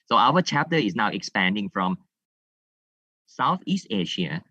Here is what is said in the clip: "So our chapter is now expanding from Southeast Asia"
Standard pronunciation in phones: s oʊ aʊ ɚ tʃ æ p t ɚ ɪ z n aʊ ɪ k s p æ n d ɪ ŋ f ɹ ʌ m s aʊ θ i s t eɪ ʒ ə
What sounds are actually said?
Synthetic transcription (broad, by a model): s oʊ aʊ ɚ tʃ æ p t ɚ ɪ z n aʊ ɪ k s p æ n d ɪ ŋ f ɹ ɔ m s aʊ θ i s t eɪ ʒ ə